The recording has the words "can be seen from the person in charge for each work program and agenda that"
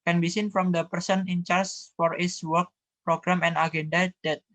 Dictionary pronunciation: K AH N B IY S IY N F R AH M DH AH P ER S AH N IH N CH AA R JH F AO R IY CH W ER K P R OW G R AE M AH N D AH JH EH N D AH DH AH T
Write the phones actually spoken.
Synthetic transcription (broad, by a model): K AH N B IY S IY N F R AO M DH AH P ER S AH N IH N CH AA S F AO R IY S W ER K P R OW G R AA M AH N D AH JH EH N D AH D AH T